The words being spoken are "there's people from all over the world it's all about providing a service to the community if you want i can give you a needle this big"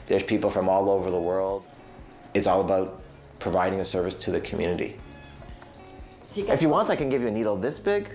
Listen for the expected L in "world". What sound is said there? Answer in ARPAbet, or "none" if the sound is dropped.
L